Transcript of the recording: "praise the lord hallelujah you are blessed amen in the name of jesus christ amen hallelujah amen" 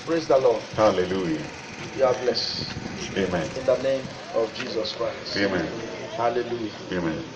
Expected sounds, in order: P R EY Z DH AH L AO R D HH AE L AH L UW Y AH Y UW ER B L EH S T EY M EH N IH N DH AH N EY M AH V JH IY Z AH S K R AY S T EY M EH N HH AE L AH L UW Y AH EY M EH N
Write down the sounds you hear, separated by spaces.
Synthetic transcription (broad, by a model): P R EY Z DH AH L AO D HH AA L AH L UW Y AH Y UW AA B L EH S EY M EH N IH N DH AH N EY M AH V JH IY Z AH S K R AY S T EY M EH N HH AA L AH L UW Y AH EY M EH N